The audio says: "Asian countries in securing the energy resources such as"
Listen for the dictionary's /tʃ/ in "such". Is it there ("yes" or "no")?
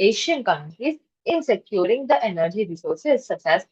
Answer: no